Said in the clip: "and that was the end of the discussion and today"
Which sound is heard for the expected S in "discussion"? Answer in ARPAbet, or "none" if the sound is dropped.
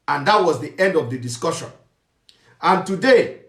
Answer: S